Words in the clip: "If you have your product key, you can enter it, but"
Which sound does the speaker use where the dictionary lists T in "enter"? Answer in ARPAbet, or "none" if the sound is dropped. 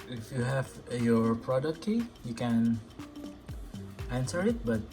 S